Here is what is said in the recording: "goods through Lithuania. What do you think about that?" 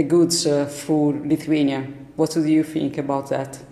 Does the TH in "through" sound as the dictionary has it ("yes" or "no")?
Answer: no